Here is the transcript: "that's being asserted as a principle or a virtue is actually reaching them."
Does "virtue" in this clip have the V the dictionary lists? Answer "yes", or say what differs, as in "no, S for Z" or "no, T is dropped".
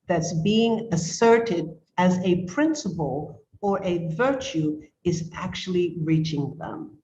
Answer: yes